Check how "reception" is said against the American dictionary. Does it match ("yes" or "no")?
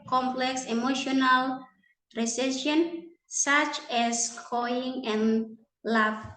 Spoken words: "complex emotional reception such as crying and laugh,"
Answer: no